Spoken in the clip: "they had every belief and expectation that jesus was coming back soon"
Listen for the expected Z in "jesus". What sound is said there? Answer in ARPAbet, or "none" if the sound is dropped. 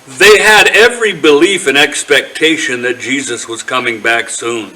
Z